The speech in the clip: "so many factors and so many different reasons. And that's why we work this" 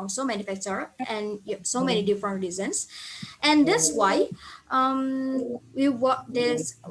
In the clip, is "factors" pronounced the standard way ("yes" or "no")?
no